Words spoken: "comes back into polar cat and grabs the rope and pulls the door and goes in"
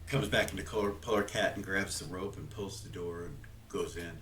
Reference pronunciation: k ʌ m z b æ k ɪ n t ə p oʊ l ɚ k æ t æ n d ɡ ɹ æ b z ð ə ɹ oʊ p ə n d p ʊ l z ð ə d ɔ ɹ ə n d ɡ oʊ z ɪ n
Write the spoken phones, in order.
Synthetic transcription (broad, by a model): k ʌ m z b æ k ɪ n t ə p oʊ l ɚ k æ t n ɡ ɹ æ b z ð ə ɹ oʊ p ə n p ʊ l z ð ə d ɔ ɹ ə n ɡ oʊ z ɪ n